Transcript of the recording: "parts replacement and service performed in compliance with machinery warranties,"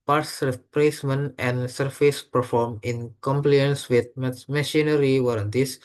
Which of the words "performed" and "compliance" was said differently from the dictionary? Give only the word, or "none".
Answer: performed